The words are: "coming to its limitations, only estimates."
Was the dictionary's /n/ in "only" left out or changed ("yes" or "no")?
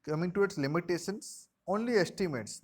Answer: no